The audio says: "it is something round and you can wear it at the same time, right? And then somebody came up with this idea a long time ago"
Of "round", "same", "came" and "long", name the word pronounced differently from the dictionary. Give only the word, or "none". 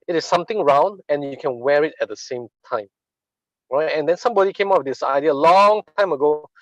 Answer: none